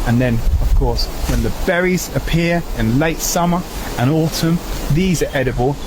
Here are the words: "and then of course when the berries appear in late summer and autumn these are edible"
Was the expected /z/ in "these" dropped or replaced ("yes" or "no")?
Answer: no